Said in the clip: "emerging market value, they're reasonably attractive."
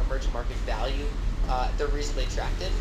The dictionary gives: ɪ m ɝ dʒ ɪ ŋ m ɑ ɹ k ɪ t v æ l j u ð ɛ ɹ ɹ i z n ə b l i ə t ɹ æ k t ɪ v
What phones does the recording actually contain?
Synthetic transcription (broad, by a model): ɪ m ɝ dʒ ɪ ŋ m ɑ ɹ k ɪ t v æ l j u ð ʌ ɹ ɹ i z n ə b l i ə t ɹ æ k t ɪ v